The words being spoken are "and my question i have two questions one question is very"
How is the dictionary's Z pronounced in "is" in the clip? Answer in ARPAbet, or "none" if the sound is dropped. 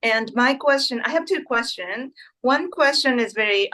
Z